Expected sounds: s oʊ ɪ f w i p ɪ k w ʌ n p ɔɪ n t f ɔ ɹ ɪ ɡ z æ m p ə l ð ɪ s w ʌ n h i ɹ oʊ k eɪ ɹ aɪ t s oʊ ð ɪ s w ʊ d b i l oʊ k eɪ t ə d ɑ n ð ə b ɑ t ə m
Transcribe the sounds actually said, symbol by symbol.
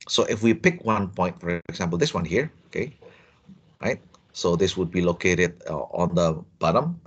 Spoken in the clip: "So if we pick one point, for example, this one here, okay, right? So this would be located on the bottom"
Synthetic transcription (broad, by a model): s oʊ ɪ f w i p ɪ k w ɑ n p ɔɪ n t f ɔ ɹ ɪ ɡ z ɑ m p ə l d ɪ s w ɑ n h i ɹ oʊ k eɪ ɹ aɪ t s oʊ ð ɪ s w ʊ d b i l oʊ k eɪ t ə d ɑ n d ə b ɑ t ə m